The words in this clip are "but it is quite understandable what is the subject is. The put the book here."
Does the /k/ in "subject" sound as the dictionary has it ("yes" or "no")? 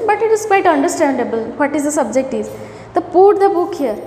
yes